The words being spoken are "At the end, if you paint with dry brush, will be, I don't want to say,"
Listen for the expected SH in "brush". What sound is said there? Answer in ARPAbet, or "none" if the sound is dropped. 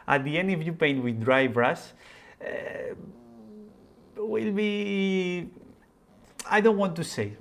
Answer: S